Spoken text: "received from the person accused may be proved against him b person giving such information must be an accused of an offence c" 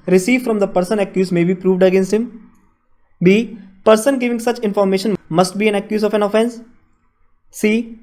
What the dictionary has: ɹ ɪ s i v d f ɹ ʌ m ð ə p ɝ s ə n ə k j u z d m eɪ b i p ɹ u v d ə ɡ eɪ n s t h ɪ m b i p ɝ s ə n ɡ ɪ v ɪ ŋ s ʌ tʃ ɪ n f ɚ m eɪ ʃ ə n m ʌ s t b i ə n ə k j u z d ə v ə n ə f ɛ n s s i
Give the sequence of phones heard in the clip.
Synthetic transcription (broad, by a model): ɹ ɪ s i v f ɹ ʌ m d ə p ɝ s ə n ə k j u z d m eɪ b i p ɹ u v d ə ɡ eɪ n s t h ɪ m b i p ɝ s ə n ɡ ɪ v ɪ ŋ s ʌ tʃ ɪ n f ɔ m eɪ ʃ ə n m ʌ s t b i ə n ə k j u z ə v ə n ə f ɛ n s s i